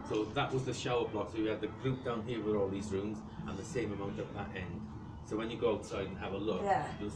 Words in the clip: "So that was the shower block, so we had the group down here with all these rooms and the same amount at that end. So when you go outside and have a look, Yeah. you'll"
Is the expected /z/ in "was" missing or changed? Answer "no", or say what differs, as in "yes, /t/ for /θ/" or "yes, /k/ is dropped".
no